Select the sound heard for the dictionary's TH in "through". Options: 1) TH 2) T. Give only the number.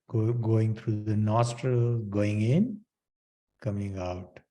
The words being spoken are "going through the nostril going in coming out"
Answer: 2